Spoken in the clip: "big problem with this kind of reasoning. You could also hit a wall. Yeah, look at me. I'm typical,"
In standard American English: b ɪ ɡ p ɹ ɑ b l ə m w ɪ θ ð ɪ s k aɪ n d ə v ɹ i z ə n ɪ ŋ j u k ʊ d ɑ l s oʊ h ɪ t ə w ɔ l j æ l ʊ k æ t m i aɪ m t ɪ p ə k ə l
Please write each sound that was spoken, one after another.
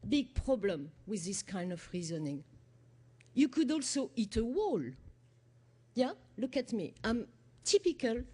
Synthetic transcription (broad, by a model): b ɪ ɡ p ɹ ɑ b l ə m w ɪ ð ɪ s k aɪ n d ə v ɹ i z ə n ɪ ŋ j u k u d ɑ l s oʊ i t ə w ɔ l j æ l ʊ k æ t m i aɪ m t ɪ p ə k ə l